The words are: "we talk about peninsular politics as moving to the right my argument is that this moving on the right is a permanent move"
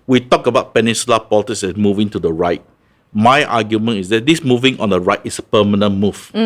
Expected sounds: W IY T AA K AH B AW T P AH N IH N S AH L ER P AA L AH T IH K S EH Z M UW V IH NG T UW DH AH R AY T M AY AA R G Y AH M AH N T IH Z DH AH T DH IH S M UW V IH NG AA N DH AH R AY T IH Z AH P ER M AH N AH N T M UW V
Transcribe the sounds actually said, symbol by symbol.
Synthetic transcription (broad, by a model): W IY T AA K AH B AW T P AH N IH N S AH L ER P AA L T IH S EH S M UW V IH NG T UW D AH R AY T M AY AA G Y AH M AH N IH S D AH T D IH S M UW V IH NG AA N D AH R AY T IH S AH P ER M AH N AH N M UW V